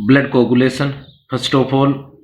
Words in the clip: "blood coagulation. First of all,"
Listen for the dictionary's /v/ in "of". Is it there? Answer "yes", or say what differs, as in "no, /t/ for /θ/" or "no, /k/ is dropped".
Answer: no, /p/ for /v/